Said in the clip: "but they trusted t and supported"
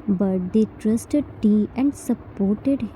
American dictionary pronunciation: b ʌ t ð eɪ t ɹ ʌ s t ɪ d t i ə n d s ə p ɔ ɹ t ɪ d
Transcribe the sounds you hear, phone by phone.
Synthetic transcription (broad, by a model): b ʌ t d eɪ t ɹ ʌ s t ɪ d t i ə n d s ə p ɔ ɹ t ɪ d